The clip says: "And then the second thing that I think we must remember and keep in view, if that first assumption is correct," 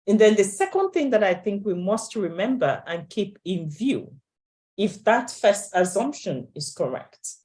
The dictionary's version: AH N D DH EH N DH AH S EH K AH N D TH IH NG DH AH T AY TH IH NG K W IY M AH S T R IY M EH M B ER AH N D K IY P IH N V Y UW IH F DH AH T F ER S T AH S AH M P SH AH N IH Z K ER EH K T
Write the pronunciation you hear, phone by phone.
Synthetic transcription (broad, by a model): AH N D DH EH N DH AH S EH K AH N D TH IH NG DH AH T AY TH IH NG K W IY M AH S T R IY M EH M B ER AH N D K IY P IH N V Y UW IH F DH AH T F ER S T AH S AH M P SH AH N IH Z K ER EH K T